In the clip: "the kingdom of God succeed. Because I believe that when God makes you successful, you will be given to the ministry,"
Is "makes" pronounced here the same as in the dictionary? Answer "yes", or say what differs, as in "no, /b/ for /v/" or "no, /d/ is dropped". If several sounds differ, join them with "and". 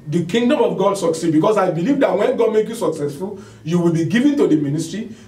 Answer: no, /s/ is dropped